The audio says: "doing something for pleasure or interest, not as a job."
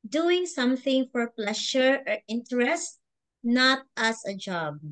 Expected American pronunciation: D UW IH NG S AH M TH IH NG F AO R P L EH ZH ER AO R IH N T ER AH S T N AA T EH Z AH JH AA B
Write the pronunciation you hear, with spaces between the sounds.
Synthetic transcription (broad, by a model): D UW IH NG S AH M TH IH NG F AO R P L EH SH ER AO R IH N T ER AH S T N AA T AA S AH JH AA B